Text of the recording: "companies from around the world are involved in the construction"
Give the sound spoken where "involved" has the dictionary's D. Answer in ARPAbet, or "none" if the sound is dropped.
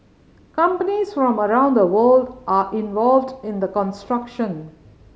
D